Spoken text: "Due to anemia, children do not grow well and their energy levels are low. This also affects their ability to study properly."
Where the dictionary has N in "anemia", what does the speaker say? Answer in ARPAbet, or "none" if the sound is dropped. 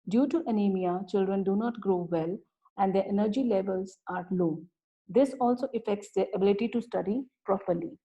N